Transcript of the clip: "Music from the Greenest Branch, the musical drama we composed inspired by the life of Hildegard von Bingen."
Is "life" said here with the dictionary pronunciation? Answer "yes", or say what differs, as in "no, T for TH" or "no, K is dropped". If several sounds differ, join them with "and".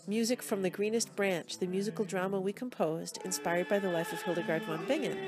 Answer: yes